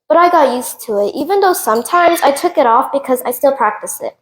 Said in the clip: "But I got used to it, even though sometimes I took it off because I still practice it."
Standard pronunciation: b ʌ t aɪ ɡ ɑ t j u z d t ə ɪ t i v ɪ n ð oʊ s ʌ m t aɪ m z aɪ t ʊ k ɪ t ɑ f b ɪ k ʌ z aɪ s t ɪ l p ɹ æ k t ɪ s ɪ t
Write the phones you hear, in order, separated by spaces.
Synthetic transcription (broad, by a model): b ʌ t aɪ ɡ ɑ t j u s t ə ɪ t i v ɪ n ð oʊ s ʌ m t aɪ m z aɪ t ʊ k ɪ t ɑ f b ɪ k ʌ z aɪ s t ɪ l p ɹ æ k t ɪ s ɪ t